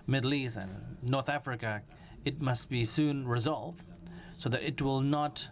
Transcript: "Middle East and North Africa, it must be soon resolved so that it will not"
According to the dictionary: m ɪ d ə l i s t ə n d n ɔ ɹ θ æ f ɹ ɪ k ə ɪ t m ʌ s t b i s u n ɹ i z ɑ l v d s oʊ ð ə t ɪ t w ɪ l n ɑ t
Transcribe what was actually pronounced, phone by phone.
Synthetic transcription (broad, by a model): m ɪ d l i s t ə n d n ɔ ɹ θ æ f ɹ ɪ k ə ɪ t m ʌ s t b i s u n ɹ i z ɑ l v d s oʊ ð ə t ɪ t w ɪ l n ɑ t